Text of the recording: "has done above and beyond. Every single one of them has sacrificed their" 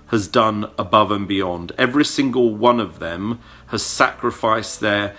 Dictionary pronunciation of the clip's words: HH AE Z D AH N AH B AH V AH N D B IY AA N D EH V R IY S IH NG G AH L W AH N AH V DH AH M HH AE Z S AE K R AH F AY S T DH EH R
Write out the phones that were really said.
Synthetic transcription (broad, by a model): HH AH Z D AH N AH B AH V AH N B IY AA N D EH V R IY S IH NG G AH L W AH N AH V DH AH M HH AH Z S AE K R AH F AY S DH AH R